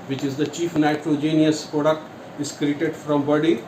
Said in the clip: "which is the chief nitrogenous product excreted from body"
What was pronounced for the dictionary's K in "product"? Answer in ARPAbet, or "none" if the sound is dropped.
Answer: K